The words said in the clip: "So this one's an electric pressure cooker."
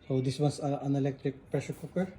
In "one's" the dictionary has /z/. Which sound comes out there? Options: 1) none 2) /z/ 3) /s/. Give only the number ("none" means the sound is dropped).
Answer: 3